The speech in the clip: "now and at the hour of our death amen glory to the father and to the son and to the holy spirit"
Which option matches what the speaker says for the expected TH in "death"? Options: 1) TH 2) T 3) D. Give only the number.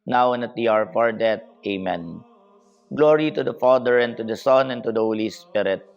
2